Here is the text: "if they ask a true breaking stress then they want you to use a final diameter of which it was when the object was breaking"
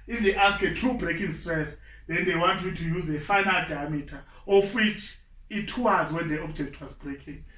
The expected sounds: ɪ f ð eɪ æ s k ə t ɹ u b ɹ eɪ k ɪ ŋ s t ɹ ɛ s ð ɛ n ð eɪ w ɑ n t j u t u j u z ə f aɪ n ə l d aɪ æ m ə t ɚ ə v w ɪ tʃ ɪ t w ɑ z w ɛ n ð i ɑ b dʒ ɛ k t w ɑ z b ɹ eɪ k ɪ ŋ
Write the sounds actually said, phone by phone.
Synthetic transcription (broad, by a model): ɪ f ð eɪ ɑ s k ə t ɹ u b ɹ eɪ k ɪ ŋ s t ɹ ɛ s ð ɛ n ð eɪ w ɑ n t j u t u j u z ə f aɪ n ə l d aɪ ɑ m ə t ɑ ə f w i tʃ ɪ t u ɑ z w ɛ n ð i ɑ b dʒ ɛ k t w ɑ z b ɹ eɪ k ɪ ŋ